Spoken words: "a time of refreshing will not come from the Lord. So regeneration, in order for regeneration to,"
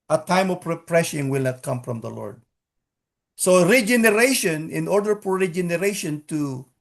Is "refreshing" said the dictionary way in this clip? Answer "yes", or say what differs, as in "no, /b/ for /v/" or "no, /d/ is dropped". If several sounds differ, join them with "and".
no, /p/ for /f/